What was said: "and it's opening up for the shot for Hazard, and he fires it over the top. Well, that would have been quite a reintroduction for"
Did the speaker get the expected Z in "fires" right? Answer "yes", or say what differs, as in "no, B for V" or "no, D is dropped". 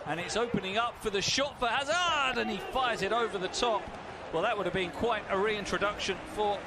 yes